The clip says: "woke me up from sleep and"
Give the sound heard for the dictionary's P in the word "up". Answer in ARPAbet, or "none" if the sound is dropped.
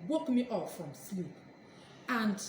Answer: F